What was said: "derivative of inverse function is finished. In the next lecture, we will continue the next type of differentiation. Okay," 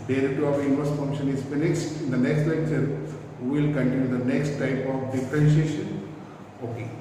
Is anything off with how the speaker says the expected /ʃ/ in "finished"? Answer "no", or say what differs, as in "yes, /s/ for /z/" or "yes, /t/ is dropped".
yes, /s/ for /ʃ/